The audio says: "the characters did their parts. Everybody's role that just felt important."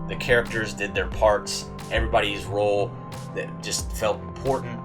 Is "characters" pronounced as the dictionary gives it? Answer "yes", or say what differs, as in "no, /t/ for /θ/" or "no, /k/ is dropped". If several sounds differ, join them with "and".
yes